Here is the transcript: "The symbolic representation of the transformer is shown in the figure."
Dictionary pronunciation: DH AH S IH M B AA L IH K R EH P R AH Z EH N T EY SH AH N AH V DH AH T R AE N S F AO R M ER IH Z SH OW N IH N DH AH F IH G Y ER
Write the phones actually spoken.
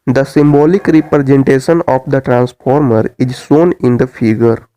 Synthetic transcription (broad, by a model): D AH S IH M B AA L IH K R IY P R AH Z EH N T EY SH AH N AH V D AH T R AE N S F AO R M ER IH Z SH OW N IH N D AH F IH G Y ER